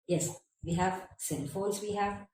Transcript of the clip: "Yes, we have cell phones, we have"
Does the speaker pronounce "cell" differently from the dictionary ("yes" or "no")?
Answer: yes